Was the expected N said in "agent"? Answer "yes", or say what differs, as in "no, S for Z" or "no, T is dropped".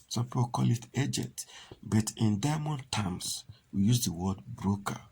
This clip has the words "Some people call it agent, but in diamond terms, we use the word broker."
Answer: no, N is dropped